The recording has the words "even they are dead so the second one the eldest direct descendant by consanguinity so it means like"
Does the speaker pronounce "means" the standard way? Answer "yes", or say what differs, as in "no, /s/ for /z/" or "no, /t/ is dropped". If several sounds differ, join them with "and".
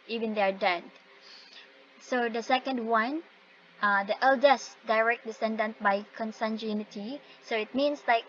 no, /s/ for /z/